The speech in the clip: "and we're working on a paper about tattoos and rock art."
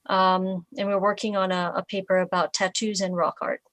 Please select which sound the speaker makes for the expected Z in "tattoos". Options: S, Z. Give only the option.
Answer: Z